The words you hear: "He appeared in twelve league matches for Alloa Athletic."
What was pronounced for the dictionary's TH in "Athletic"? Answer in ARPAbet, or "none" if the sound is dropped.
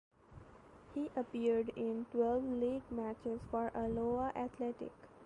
T